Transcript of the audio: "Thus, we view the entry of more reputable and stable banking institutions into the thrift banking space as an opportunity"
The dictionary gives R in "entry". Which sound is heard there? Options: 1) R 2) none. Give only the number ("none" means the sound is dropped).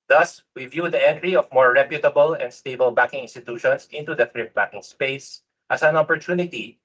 1